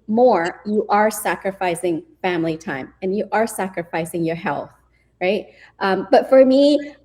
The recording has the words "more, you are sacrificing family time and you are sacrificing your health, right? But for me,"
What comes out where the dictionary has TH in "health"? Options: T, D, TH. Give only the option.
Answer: TH